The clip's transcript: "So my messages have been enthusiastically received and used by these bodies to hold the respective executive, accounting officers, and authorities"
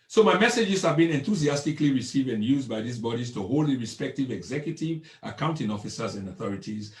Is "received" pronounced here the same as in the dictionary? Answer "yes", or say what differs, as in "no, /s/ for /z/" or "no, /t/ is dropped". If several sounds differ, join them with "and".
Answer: yes